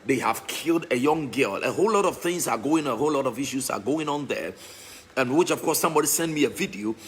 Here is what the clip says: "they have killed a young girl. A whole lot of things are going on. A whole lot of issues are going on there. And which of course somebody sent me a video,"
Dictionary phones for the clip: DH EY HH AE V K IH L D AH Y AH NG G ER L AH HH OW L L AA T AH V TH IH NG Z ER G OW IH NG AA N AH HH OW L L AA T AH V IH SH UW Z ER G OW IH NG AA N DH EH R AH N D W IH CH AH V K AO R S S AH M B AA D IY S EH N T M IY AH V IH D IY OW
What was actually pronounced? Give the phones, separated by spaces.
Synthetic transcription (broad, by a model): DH EY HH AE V K IH L D AH Y AH NG G ER L AH HH OW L L AA T AH V TH IH NG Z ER G OW IH NG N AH HH OW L L AA T AH V IH SH UW Z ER G OW IH NG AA N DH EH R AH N W IH CH AH V K AO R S S AH M B AA D IY S EH N M IY AH V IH D IY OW